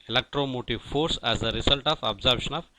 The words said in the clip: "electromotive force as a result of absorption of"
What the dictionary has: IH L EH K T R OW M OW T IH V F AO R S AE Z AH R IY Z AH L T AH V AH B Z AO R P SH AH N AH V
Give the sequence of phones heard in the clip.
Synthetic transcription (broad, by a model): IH L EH K T R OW M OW T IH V F AO R S AE Z AH R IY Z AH L T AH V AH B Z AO R B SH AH N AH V